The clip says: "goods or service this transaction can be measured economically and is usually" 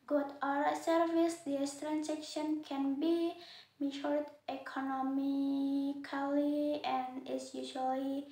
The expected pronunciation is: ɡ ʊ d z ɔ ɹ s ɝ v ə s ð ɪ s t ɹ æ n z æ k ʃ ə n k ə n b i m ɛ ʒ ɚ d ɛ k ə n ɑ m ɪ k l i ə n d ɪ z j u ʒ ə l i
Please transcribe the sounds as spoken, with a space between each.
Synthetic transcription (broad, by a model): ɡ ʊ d ɔ ɹ s ɝ v ə s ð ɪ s t ɹ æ n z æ k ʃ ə n k ə n b i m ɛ ʃ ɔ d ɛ k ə n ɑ m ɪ k l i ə n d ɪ s j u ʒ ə l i